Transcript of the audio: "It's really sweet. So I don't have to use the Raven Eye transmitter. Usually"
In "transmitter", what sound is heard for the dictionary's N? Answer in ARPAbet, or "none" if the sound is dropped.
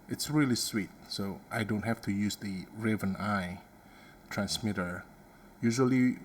N